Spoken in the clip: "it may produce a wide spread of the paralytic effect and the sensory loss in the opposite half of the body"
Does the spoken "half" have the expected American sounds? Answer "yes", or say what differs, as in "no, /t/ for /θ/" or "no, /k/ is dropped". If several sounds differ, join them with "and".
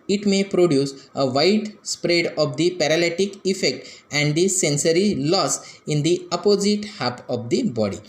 no, /p/ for /f/